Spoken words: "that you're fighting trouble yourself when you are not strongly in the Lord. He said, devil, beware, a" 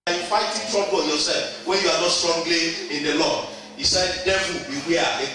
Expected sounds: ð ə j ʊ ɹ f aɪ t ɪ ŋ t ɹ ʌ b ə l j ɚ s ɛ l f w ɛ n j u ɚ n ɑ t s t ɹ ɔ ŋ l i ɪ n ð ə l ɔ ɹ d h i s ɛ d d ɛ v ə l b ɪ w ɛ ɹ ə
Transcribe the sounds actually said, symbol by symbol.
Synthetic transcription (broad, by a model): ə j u f aɪ t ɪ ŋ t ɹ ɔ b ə n j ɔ s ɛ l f w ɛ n j u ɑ n ɑ t s t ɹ ɔ ŋ l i ɪ n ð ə l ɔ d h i s ɛ d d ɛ ə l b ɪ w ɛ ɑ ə